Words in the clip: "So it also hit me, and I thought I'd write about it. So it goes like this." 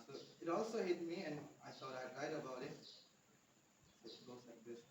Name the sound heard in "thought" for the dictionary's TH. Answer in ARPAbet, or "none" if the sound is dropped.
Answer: T